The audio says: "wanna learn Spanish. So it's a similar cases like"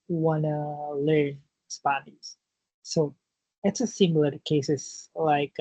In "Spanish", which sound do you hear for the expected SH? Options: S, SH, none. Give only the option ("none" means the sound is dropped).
S